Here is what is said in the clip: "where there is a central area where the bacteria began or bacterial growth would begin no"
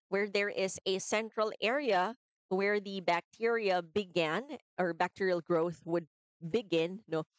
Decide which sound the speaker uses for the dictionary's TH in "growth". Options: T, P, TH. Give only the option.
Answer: TH